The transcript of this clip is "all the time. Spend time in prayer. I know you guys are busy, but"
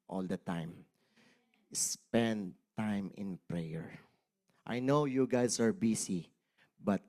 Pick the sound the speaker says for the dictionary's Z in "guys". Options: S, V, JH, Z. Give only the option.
S